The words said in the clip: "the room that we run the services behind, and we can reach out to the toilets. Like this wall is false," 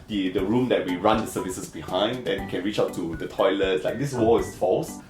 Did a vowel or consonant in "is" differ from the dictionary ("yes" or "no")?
yes